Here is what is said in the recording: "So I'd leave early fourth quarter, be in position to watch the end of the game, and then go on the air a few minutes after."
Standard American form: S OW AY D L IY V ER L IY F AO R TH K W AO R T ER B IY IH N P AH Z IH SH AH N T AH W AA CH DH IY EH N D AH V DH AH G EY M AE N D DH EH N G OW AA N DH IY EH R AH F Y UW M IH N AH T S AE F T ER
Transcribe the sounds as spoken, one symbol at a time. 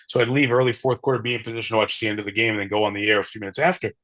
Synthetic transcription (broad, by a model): S OW AY D L IY V ER L IY F AO R TH K W AO R T ER B IY IH N P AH Z IH SH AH N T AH W AA CH DH IY EH N D AH V DH AH G EY M N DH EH N G OW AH N DH IY EH R AH F Y UW M IH N AH T S AE F T ER